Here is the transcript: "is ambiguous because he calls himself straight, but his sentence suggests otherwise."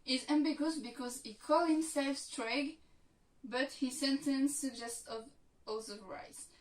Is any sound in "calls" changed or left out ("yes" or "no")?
yes